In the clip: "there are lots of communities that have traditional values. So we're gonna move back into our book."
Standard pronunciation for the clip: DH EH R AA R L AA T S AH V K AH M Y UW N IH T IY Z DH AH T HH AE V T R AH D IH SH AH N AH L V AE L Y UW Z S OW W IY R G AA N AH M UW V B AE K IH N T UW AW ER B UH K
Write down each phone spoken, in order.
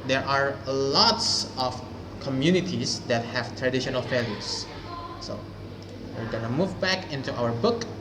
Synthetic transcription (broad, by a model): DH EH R AA R L AA T S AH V K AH M Y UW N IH T IY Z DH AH T HH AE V T R AH D IH SH AH N AH L F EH L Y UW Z S OW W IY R G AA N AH M UW V B AE K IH N T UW AW ER B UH K